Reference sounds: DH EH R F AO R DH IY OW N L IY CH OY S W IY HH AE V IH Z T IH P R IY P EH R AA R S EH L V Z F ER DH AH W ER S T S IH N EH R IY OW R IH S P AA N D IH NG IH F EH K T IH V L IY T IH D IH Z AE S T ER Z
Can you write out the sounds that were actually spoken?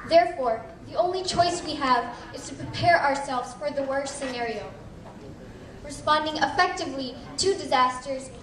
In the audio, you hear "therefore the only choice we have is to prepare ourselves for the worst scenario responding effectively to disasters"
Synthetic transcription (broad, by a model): DH EH R F AO R DH IY OW N L IY CH OY S W IY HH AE V IH Z T IH P R IY P EH R AA R S EH L V Z F ER DH AH W ER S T S IH N EH R IY OW R IH S P AA N D IH NG IH F EH K T IH V L IY T IH D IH Z AE S T ER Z